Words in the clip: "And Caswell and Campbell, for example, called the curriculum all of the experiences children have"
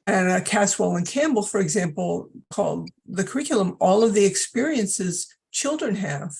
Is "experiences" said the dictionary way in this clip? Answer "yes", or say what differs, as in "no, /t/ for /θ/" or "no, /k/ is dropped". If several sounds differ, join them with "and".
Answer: yes